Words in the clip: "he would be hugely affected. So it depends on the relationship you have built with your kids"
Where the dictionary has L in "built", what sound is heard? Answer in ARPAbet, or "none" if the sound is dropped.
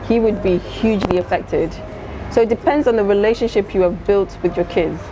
L